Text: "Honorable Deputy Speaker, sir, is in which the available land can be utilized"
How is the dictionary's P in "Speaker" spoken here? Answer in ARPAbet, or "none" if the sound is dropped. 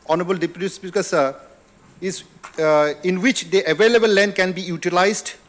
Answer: B